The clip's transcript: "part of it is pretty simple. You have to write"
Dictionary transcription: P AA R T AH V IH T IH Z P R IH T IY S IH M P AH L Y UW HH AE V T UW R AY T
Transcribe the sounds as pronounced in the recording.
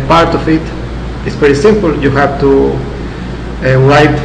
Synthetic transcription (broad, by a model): P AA R T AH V IH T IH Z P EH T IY S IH M P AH L Y UW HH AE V T UW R AY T